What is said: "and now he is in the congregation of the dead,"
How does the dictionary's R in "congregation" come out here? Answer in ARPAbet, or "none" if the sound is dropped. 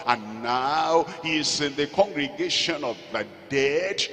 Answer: R